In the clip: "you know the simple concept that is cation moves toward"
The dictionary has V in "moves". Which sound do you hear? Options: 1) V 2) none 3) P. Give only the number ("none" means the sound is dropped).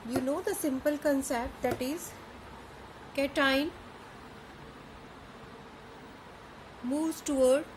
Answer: 2